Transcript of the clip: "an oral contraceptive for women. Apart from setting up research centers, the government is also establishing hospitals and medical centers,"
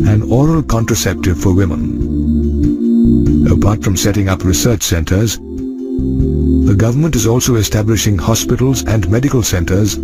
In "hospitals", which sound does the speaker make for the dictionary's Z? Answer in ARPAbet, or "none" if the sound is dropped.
Z